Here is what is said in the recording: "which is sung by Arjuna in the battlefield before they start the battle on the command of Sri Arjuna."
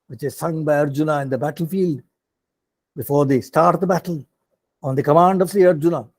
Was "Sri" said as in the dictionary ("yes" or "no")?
no